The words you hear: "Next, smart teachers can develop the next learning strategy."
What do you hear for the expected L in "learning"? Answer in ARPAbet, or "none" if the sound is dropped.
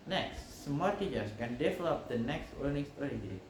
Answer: W